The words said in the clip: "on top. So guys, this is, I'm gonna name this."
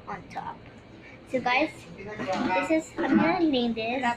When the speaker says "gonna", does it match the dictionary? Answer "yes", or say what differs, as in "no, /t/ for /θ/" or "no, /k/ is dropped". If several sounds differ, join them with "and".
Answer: no, /n/ is dropped